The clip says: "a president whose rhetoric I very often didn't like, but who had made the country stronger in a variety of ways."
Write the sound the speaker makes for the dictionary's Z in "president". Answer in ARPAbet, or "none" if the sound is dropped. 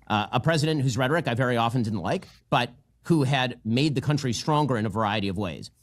Z